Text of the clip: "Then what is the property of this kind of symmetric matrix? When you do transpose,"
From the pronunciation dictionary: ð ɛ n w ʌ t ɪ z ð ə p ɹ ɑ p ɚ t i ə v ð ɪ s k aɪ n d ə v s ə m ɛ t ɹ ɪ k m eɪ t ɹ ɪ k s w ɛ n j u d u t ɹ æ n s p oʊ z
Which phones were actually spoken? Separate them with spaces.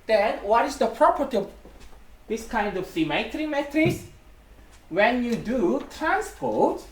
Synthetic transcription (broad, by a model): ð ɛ n w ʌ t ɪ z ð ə p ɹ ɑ p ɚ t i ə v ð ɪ s k aɪ n d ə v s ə m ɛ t ɹ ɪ m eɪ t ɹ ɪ s w ɛ n j u d u t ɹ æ n s p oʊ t